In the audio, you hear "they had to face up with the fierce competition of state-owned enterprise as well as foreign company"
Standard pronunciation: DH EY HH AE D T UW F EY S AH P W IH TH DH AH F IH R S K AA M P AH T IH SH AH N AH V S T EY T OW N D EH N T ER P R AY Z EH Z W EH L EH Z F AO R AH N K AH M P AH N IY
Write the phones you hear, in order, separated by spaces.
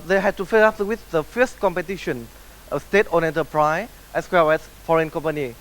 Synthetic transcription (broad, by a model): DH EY HH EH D T UW F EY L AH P W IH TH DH AH F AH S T K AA M P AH T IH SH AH N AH S T EY T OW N EH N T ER P R AY EH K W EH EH S F AO R AH N K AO M P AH N IY